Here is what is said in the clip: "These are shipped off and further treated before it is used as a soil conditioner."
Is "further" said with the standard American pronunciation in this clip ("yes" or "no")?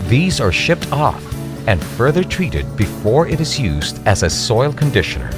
yes